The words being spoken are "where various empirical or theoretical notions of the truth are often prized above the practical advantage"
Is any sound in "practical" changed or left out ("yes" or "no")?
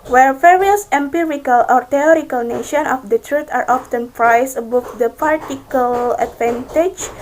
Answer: yes